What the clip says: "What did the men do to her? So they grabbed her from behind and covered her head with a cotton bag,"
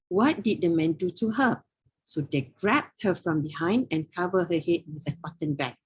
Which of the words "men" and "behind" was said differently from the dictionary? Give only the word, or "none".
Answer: none